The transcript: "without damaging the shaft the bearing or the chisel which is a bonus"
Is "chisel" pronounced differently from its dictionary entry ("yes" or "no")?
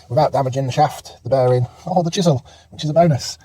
no